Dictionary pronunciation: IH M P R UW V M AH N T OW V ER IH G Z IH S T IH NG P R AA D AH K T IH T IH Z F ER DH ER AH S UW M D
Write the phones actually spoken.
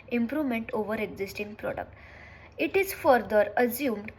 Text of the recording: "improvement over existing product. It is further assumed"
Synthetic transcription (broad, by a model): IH M P R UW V M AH N T OW V ER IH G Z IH S T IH NG P R AA D AH K T IH T IH Z F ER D ER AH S UW M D